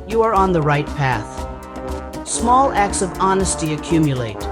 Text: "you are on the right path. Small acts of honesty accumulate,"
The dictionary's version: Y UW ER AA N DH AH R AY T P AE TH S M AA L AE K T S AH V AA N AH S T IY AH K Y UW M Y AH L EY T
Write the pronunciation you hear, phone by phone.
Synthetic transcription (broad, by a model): Y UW ER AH N DH AH R AY T P AE TH S M AA L AE K T S AH V AA N AH S T IY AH K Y UW M Y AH L EY T